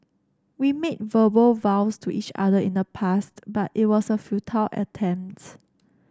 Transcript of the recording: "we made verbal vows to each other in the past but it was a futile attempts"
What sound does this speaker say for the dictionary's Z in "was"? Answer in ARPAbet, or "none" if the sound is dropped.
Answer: S